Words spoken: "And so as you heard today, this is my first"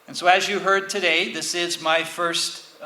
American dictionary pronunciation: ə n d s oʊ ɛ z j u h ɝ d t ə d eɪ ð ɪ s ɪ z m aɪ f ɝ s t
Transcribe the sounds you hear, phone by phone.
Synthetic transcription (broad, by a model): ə n s oʊ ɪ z j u h ɝ d t ə d eɪ ð ɪ s ɪ z m aɪ f ɝ s t